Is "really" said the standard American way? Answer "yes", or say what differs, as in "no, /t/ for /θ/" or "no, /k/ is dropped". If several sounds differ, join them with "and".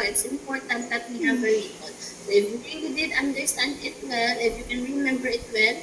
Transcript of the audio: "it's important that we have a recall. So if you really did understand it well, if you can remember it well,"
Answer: no, /n/ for /l/